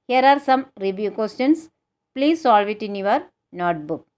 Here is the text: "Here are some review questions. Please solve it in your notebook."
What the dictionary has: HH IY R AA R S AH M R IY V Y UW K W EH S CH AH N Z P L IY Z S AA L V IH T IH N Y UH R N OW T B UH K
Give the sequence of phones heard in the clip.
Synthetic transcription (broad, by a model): HH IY R AA R S AH M R IY V Y UW K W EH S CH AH N S P L IY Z S AA L V IH T IH N Y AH R N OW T B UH K